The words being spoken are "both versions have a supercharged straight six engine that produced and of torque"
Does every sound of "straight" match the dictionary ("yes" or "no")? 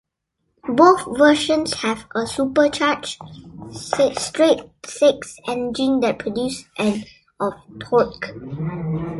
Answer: yes